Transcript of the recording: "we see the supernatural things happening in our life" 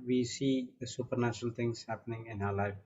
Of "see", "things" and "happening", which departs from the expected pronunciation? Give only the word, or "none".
things